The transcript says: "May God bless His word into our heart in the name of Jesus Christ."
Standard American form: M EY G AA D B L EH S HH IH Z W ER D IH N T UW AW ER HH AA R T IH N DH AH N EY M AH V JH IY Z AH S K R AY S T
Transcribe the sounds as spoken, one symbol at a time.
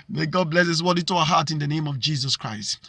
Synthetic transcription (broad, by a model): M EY G AA D B L EH S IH S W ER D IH T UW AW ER HH AA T IH N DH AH N EY M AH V JH IY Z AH S K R AY S T